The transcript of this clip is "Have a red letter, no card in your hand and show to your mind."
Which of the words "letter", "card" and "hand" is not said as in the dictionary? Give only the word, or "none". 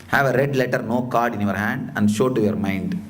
none